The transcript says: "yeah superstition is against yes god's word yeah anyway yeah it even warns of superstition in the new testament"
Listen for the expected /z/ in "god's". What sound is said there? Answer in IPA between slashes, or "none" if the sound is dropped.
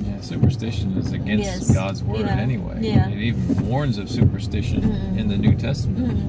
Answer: /z/